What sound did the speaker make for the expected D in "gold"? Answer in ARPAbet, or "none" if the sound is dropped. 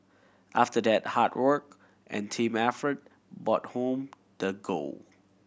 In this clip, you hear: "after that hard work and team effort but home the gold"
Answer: none